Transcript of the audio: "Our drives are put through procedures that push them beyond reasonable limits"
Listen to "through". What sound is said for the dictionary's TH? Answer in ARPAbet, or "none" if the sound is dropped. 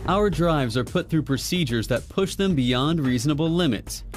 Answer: TH